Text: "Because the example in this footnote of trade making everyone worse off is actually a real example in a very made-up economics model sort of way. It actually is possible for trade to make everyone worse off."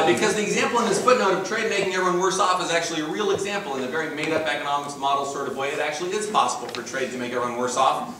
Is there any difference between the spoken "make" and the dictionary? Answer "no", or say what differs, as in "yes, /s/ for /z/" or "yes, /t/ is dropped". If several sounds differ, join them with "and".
no